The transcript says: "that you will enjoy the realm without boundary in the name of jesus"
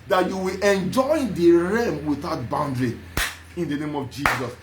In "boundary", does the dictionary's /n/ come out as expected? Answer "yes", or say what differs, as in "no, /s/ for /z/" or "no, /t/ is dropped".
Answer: yes